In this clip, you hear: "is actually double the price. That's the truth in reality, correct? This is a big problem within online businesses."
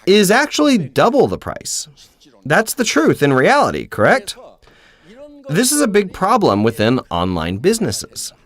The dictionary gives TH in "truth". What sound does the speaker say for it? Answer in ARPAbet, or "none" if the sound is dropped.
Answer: TH